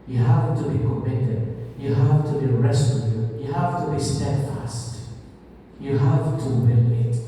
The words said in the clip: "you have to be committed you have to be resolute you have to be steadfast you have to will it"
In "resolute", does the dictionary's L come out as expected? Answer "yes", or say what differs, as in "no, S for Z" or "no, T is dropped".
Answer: no, L is dropped